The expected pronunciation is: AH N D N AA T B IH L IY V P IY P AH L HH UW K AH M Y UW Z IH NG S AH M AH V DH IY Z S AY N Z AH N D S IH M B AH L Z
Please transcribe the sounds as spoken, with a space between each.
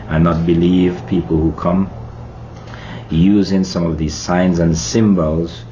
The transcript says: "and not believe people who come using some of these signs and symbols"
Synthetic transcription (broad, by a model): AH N N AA T B IH L IY V P IY P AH L HH UW K AH M Y UW Z IH NG S AH M AH V DH IY Z S AY N Z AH N S IH M B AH L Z